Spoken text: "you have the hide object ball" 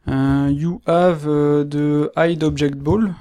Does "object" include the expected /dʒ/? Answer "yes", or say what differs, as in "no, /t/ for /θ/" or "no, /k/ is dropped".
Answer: no, /ʒ/ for /dʒ/